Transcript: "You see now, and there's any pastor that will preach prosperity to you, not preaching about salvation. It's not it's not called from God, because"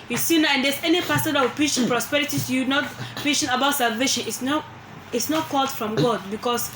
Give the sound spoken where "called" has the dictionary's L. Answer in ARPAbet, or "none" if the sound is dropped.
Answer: L